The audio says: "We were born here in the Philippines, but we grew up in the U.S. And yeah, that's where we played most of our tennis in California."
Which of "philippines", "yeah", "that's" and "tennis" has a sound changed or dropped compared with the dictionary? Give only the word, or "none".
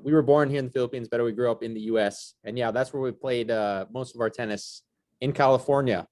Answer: none